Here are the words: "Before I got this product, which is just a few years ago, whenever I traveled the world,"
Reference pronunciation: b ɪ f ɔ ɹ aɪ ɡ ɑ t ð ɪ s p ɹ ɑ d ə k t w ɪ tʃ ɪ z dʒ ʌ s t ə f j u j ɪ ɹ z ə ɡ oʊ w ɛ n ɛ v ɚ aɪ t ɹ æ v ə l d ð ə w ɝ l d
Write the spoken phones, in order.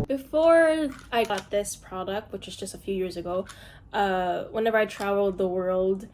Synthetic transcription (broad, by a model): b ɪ f ɔ ɹ aɪ ɡ ɑ t ð ɪ s p ɹ ɑ d ə k t w ɪ tʃ ɪ z dʒ ʌ s t ə f j u j ɪ ɹ z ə ɡ oʊ w ɛ n ɛ v ɚ aɪ t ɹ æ v l d ð ə w ɝ l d